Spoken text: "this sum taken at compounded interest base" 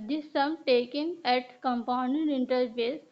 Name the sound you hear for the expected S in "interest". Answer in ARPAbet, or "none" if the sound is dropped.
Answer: none